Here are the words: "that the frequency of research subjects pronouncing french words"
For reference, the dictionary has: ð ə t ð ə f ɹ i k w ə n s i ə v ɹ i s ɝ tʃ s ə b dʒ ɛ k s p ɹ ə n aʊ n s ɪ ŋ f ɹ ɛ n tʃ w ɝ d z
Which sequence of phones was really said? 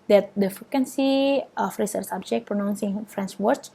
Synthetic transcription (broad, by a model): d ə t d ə f ɹ i k w ə n s i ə f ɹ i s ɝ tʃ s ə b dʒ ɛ k p ɹ ə n aʊ n s ɪ ŋ f ɹ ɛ n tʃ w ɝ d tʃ